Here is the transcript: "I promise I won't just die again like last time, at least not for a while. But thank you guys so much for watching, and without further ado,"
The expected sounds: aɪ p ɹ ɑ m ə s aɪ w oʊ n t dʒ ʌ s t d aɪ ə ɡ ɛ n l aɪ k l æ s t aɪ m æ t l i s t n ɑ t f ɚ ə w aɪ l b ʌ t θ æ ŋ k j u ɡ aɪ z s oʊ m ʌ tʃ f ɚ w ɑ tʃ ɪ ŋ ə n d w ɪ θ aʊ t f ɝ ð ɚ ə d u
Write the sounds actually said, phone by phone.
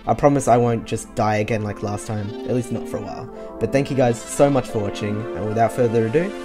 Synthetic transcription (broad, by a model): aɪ p ɹ ɑ m ə s aɪ w oʊ n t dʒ ʌ s d aɪ ə ɡ ɛ n l aɪ k l æ s t aɪ m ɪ t l i s t n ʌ t f ɚ ə w aɪ l b ʌ t θ æ ŋ k j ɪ ɡ aɪ z s oʊ m ʌ tʃ f ɚ w ɑ tʃ ɪ ŋ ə n w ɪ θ aʊ t f ɝ ð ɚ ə d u